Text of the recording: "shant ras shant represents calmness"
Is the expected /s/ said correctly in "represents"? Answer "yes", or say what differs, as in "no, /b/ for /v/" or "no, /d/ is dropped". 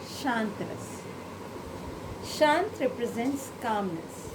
yes